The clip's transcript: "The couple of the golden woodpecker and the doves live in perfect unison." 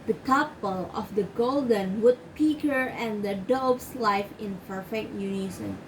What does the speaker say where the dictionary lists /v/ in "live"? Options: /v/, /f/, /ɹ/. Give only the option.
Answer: /f/